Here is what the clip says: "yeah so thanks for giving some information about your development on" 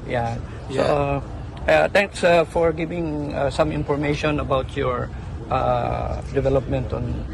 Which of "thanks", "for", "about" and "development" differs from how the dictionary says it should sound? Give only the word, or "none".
thanks